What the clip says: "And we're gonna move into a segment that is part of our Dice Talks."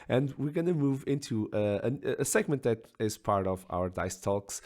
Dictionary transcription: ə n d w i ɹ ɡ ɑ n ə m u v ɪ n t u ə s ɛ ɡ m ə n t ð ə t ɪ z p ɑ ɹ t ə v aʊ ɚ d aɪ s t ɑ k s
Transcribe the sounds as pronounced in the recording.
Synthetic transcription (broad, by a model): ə n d w i ɹ ɡ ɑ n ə m u v ɪ n t u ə s ɛ ɡ m ə n t ð ə t ɪ z p ɑ ɹ t ə v aʊ ɚ d aɪ s t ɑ k s